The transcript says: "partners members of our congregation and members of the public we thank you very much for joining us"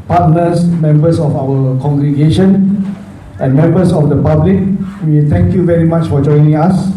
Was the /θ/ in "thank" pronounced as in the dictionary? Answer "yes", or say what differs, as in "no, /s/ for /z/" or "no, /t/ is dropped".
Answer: no, /t/ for /θ/